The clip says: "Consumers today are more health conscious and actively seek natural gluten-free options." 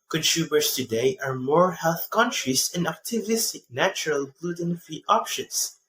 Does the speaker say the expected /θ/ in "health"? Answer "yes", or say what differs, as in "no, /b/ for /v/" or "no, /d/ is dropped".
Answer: yes